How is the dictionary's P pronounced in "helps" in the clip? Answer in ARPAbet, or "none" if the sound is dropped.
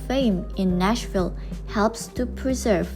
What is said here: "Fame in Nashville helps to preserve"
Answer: P